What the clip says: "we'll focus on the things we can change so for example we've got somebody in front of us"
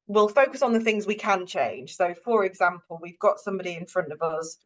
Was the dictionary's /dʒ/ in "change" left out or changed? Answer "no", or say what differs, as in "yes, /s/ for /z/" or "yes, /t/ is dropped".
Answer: yes, /ʒ/ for /dʒ/